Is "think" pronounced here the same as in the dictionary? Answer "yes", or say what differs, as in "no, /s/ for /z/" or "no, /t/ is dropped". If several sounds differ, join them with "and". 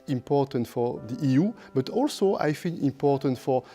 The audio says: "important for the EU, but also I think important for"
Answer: no, /f/ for /θ/